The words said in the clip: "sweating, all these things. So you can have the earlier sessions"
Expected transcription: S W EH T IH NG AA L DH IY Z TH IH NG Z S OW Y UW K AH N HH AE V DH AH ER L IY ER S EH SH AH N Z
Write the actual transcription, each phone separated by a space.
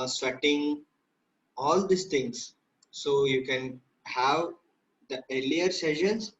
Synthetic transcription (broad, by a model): S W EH T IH NG AA L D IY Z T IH NG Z S OW Y UW K AH N HH AE V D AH ER L IY ER S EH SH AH N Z